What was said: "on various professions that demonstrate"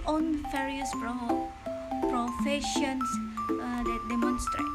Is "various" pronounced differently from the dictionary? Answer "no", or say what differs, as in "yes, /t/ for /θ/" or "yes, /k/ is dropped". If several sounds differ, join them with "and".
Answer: yes, /f/ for /v/